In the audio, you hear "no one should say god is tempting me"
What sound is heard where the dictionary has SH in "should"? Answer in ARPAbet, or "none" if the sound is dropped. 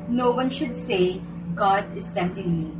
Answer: SH